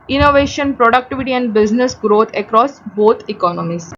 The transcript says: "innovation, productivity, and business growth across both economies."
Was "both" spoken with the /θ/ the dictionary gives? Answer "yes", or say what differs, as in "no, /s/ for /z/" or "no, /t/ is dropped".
no, /t/ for /θ/